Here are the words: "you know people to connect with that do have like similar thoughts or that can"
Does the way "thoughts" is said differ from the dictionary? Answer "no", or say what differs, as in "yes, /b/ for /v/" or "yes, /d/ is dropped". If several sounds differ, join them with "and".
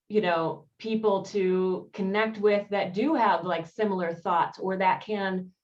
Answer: no